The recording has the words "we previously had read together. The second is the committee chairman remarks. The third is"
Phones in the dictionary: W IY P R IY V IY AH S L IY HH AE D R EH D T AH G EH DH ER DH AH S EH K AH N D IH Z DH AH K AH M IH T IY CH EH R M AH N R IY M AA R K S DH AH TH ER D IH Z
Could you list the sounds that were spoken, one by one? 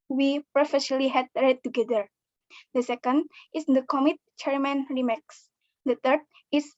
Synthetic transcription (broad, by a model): W IY P R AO F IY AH L IY HH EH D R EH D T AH G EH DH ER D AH S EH K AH N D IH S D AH K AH M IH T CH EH R M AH N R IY M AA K S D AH T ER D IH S